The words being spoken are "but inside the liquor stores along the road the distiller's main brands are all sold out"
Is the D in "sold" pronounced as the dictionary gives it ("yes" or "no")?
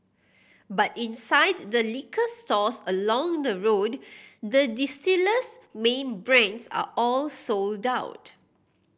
yes